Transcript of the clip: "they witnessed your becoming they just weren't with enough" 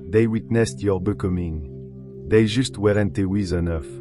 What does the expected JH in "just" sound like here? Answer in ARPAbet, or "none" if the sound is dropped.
ZH